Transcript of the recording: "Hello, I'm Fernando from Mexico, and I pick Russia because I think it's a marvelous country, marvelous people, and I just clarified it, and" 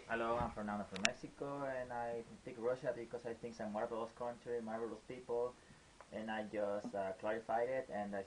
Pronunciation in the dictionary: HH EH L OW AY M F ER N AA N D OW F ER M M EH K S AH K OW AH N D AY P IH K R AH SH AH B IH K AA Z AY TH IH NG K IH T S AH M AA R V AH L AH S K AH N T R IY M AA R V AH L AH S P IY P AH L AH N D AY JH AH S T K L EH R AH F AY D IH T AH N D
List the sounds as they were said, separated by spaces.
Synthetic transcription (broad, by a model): HH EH L OW AY M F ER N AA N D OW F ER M M EH K S AH K OW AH N AY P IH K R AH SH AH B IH K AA S AY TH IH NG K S AH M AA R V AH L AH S K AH N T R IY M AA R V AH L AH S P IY P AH L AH N AY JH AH S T K L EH R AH F AY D IH T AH N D